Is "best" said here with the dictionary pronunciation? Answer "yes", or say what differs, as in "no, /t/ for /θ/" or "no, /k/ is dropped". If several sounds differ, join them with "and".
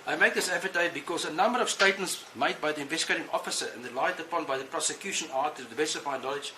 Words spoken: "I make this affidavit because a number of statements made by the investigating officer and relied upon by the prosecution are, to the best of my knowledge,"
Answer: no, /t/ is dropped